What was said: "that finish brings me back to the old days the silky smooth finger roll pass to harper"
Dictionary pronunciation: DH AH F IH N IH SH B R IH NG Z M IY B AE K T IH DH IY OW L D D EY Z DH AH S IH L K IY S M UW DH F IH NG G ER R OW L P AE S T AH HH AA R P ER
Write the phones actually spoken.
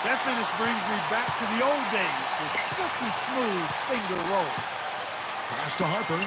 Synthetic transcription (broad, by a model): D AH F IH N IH S B R IH NG Z M IY B AE K T IH DH IY OW L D D EY Z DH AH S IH K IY S M UW DH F IH NG G ER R OW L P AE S T AH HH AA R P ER